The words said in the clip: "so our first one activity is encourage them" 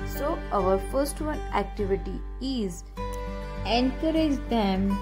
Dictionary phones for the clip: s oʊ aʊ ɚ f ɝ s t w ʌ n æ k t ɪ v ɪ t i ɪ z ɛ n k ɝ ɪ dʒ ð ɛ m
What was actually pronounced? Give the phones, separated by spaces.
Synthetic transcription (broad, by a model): s oʊ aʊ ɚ f ɝ s t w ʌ n æ k t ɪ v ɪ t i ɪ z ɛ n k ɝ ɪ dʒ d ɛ m